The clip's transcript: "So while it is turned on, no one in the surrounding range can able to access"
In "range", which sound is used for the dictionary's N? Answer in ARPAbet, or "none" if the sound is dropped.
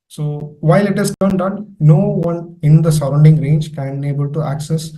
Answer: N